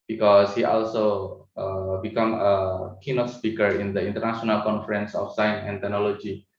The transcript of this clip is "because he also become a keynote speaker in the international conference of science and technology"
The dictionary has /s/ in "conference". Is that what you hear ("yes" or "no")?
yes